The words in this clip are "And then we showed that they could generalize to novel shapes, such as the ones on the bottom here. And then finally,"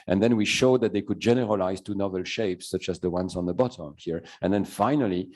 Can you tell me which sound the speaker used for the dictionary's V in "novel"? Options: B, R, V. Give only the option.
V